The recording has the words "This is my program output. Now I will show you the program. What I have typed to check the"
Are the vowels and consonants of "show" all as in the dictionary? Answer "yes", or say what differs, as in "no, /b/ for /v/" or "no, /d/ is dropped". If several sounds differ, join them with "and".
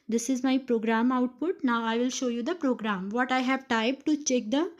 yes